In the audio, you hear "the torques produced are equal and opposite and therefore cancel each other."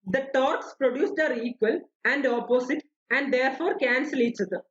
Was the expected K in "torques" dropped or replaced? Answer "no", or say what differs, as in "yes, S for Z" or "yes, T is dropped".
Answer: no